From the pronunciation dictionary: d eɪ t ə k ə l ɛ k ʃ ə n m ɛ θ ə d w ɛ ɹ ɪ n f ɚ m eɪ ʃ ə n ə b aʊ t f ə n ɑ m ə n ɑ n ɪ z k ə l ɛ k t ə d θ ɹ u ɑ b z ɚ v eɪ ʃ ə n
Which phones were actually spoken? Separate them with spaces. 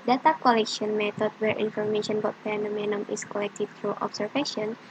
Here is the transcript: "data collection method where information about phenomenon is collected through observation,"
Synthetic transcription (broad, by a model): d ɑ t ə k ə l ɛ k ʃ ə n m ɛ t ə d w ɛ ɹ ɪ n f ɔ m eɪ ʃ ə n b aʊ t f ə n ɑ m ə n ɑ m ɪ s k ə l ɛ k t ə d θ ɹ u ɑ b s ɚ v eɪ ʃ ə n